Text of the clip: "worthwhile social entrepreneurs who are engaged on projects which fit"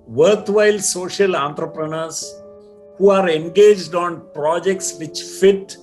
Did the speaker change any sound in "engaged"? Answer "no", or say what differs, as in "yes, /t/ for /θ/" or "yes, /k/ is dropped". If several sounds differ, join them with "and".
no